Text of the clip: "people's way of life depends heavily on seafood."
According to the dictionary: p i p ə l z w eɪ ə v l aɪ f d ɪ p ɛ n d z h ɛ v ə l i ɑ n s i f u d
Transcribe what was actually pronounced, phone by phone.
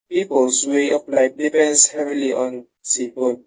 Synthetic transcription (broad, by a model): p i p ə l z w eɪ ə p l aɪ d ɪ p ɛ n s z h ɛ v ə l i ɑ n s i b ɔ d